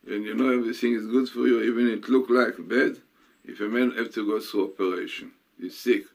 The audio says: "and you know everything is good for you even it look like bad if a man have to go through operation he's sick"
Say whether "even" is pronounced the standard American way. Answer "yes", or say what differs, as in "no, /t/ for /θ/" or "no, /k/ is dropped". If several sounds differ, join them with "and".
yes